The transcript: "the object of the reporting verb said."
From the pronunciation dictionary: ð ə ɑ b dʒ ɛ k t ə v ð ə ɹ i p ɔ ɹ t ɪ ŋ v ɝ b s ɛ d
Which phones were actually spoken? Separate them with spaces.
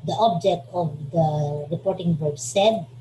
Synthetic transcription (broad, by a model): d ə ɑ b dʒ ɛ k t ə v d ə ɹ i p ɔ ɹ t ɪ ŋ b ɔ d s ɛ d